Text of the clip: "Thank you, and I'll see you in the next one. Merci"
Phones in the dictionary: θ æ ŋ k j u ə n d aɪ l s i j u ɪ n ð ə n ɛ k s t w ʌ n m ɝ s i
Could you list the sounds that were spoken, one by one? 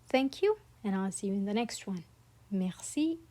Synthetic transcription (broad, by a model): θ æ ŋ k j u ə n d aɪ l s i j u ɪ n ð ə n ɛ k s t w ʌ n m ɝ s i